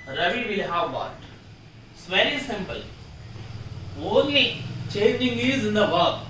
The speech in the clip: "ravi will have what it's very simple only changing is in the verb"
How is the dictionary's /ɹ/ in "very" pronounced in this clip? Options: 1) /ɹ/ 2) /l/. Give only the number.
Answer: 2